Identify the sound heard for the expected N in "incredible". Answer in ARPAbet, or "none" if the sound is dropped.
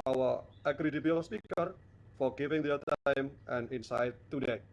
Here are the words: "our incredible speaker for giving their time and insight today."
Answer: none